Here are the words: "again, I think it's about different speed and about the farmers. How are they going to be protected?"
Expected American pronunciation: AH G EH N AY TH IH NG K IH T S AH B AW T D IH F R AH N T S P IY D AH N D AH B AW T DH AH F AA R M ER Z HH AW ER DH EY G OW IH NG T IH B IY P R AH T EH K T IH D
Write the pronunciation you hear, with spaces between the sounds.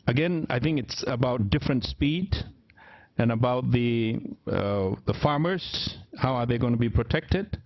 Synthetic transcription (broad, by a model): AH G EH N AY TH IH NG K IH T S AH B AW T D IH F R AH N T S P IY D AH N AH B AW T DH AH F AA R M ER Z HH AW ER DH EY G OW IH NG T IH B IY P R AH T EH K T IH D